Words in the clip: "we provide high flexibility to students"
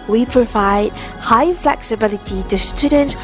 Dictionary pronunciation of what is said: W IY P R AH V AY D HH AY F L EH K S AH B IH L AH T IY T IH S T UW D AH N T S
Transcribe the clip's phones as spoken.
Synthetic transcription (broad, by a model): W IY P R AH V AY D HH AY F L EH K S AH B IH L AH T IY T IH S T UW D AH N T S